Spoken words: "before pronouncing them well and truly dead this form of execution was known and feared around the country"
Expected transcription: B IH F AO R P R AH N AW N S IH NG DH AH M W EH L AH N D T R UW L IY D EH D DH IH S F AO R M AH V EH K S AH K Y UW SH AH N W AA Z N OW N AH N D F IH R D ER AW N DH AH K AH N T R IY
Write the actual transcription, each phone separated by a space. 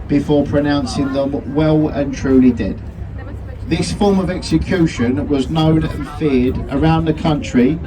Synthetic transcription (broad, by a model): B IH F AO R P R AH N AW N S IH NG DH AH M W EH L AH N T R UW L IY D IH D DH IH S F AO R M AH V EH K S AH K Y UW SH AH N W AA Z N OW N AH N F IH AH D ER AW N DH AH K AH N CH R IY